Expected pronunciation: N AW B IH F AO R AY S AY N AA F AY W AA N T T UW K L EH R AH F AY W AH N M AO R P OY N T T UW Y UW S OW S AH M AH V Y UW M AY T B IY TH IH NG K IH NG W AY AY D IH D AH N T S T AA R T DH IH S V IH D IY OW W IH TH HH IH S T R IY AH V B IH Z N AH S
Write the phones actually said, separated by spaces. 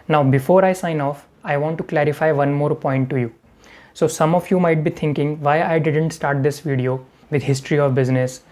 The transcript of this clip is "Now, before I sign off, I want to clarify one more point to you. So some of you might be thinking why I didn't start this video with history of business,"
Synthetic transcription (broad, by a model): N AW B IH F AO R AY S AY N AA F AY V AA N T T UW K L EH R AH F AY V AH N M AO R P OY N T T UW Y UW S OW S AH M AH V Y UW M AY T B IY T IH NG K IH NG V AY AY D IH D AH N T S T AA R T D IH S V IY D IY OW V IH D HH IH S T R IY AH V B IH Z N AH S